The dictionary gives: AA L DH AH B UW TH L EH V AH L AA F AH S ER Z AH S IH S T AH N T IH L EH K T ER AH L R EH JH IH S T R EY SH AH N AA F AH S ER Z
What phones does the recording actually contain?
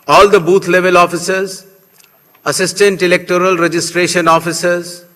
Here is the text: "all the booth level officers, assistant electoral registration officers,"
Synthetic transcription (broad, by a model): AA L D AH B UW T L EH V AH L AA F AH S ER Z AH S IH S T AH N T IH L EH K T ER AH L R EH JH IH S T R EY SH AH N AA F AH S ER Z